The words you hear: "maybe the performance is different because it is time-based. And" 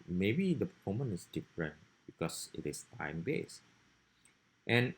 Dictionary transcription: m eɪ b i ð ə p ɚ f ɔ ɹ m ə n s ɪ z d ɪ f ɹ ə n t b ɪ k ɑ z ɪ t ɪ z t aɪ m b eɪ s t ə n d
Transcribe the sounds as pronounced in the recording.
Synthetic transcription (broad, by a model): m eɪ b i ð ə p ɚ f ɔ m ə n ɪ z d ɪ f ɹ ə n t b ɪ k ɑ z ɪ t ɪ s t aɪ m b eɪ s t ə n